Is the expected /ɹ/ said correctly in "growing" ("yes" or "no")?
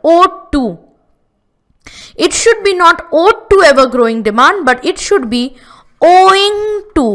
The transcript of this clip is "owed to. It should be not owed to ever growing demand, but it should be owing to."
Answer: yes